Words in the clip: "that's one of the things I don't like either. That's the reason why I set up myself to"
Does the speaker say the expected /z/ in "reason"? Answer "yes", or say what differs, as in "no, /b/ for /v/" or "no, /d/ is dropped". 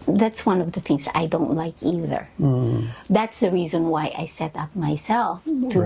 yes